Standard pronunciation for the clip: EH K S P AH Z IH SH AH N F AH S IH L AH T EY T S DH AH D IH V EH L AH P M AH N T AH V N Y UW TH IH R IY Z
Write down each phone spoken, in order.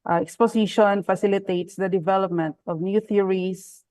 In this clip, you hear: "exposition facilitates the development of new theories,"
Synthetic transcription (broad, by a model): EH K S P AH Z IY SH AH N F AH S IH L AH T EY T S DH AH D IH V EH L AH P M AH N T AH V N Y UW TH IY R IY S